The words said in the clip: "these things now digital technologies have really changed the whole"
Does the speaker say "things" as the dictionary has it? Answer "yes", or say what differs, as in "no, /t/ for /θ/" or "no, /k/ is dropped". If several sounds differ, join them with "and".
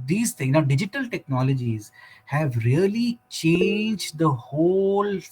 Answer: no, /t/ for /θ/ and /z/ is dropped